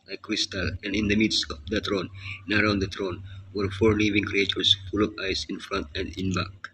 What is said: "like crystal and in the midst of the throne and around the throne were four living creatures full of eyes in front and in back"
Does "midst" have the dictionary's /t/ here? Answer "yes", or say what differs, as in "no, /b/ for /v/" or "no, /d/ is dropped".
no, /t/ is dropped